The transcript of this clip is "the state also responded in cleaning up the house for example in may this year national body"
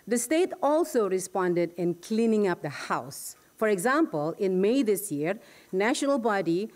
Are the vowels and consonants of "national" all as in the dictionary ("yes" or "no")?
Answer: yes